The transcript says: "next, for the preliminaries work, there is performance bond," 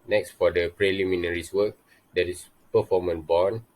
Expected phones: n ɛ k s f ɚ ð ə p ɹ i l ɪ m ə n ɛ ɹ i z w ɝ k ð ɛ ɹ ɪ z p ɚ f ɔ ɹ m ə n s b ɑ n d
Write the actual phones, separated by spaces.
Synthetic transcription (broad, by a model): n ɛ k s f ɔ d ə p ɹ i l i m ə n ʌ ɹ i s w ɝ k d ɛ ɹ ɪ s p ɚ f ɔ m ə n b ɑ n